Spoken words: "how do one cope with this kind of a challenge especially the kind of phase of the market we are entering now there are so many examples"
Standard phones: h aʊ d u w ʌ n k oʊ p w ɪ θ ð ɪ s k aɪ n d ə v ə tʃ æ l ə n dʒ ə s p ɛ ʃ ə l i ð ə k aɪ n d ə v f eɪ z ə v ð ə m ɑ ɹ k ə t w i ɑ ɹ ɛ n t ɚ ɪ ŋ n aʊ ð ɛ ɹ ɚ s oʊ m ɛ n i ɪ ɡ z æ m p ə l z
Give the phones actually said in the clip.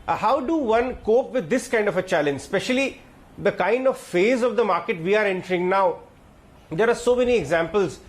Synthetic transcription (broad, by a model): h aʊ d u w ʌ n k oʊ p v ɪ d ɪ s k aɪ n d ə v ə tʃ æ l ə n dʒ s p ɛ ʃ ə l i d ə k aɪ n d ə v f eɪ z ə v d ə m ɑ ɹ k ə t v i ɑ ɹ ɛ n t ɚ ɪ ŋ n aʊ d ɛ ɹ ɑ s oʊ m ɛ n i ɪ ɡ z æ m p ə l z